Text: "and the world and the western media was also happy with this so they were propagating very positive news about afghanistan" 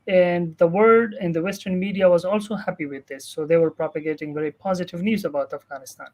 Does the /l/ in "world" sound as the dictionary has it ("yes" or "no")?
no